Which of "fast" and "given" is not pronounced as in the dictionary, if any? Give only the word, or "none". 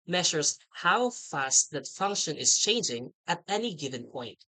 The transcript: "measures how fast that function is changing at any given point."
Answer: none